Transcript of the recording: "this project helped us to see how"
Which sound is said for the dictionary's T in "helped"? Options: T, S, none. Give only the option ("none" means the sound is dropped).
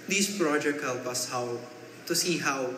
none